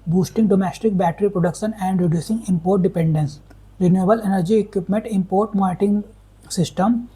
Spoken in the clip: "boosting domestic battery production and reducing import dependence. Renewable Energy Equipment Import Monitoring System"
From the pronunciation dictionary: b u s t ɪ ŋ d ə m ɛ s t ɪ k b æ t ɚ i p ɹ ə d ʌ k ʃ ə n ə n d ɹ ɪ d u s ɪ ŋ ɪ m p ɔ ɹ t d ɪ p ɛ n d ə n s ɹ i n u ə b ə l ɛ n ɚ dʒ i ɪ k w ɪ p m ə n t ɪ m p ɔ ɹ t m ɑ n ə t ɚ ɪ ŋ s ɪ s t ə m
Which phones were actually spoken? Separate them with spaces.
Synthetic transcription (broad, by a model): b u s t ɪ ŋ d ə m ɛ s t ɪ k b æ t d i p ɹ ə d ʌ k ʃ ə n ə n d ɹ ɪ d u s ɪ ŋ ɪ m p ɔ ɹ t d ɪ p ɛ n d ə n s ɹ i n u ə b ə l ɛ n ɚ dʒ i ɪ k w ɪ p m ə n t ɪ m p ɔ ɹ t m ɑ t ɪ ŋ s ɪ s t ə m